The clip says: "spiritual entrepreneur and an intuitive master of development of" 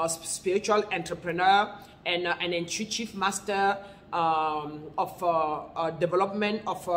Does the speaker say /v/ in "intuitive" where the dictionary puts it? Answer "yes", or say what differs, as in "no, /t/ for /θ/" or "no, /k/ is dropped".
no, /f/ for /v/